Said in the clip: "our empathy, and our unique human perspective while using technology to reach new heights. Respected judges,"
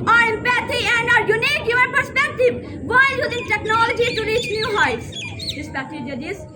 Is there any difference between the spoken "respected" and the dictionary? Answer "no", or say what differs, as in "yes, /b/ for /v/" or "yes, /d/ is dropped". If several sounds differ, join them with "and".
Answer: yes, /k/ is dropped